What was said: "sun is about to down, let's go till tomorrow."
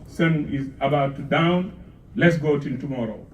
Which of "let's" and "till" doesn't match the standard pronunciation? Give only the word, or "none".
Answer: till